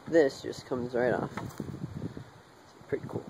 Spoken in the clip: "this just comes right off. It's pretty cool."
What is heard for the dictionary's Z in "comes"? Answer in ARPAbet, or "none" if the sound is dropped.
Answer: Z